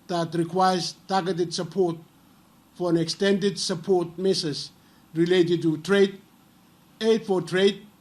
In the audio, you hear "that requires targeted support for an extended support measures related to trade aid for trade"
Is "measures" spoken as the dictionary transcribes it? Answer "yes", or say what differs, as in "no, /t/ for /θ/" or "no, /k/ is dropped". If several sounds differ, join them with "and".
no, /s/ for /ʒ/